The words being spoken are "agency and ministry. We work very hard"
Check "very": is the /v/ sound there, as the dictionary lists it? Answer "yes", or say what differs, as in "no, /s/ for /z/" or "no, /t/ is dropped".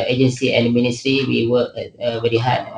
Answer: no, /b/ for /v/